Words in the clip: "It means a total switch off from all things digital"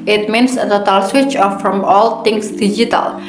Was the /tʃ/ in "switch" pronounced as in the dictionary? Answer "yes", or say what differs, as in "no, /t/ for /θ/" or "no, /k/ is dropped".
yes